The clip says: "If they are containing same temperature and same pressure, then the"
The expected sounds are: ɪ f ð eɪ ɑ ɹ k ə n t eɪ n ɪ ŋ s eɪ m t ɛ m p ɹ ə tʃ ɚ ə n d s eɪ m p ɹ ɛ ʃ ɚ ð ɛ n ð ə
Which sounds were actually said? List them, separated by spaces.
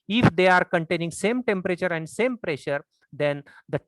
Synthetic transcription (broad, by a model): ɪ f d eɪ ɑ ɹ k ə n t eɪ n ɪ ŋ s eɪ m t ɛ m p ɹ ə tʃ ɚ ə n d s eɪ m p ɹ ɛ ʃ ɚ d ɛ n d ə